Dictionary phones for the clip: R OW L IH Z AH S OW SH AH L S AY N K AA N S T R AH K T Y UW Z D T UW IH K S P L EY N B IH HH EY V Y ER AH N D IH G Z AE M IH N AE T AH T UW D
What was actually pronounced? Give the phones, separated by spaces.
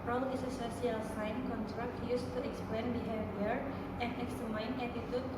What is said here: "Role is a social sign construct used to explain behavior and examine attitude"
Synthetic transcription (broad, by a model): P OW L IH S AH S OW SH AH L S AY N K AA N T R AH K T Y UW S T UW IH K S P L EY N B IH HH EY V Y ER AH N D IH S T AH M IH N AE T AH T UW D